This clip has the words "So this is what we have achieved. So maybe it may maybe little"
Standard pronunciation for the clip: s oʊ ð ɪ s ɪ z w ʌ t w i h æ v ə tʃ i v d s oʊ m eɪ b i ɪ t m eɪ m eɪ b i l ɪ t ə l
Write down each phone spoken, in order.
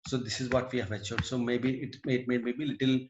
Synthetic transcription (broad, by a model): s oʊ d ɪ s ɪ z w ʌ t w i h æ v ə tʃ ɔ d s oʊ m eɪ b i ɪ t m eɪ m eɪ b i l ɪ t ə l